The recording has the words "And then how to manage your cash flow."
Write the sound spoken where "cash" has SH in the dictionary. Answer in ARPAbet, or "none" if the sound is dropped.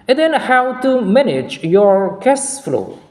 S